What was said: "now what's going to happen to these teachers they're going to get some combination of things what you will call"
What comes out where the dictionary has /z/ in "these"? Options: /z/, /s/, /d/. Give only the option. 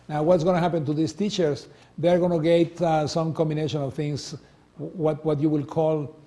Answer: /s/